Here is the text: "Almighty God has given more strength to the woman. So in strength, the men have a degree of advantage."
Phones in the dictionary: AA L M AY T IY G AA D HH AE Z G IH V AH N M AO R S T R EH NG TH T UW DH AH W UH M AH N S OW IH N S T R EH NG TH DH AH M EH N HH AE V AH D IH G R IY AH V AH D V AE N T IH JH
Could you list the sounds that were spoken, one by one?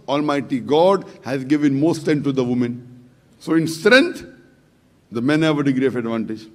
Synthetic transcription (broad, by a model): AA L M AY T IY G AA D HH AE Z G IH V AH N M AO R S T EH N T UW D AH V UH M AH N S OW IH N S T R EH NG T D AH M EH N HH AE V AH D IH G R IY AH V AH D V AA N T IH JH